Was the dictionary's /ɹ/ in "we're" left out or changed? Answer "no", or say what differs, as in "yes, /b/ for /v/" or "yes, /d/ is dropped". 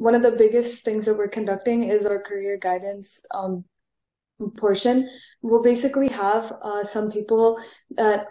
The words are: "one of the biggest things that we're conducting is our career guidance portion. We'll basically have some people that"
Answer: no